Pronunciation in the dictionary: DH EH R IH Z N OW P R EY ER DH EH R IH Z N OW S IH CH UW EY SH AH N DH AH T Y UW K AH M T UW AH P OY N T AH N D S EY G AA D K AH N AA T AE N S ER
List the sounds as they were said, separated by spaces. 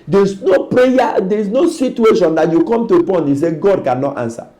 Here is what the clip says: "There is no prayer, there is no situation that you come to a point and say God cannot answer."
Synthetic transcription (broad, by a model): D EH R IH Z N OW P R EY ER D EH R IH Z N OW S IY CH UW EY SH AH N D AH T Y UW K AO M T UW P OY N AH S EY G AA D K AH N AA T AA N S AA